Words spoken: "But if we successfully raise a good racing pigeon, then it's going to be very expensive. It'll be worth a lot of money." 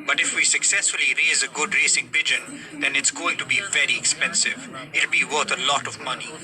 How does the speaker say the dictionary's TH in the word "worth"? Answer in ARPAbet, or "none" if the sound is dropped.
T